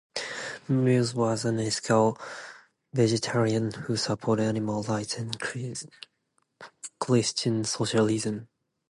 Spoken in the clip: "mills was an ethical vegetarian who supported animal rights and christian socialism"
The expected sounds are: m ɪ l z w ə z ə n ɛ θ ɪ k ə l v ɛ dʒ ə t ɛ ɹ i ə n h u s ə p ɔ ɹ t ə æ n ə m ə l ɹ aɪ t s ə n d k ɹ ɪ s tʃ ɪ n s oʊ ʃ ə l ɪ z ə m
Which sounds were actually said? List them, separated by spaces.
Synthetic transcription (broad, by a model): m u z w ə z ə n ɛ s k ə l v ɛ dʒ ə t ɛ ɹ i ə n h u s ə p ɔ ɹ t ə æ n ə m ə l l aɪ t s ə n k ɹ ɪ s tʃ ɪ n s oʊ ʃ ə l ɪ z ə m